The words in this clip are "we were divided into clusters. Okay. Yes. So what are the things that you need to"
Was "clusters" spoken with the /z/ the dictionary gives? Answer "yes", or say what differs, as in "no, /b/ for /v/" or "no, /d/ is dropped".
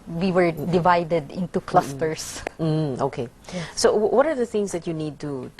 no, /s/ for /z/